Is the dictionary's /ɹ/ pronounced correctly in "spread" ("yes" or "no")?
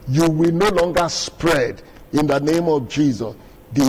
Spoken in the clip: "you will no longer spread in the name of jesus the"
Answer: yes